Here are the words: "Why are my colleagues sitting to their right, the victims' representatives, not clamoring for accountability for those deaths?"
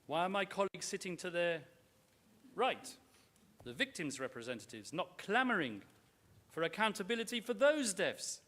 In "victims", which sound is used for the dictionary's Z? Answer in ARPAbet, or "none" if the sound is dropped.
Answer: Z